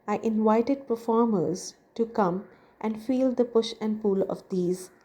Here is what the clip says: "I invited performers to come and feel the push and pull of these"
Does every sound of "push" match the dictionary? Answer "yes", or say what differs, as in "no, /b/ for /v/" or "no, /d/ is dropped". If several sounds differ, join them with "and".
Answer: yes